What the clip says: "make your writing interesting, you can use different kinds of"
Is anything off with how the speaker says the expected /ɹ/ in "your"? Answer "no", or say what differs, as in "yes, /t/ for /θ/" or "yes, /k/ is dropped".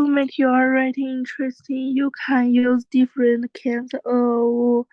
yes, /l/ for /ɹ/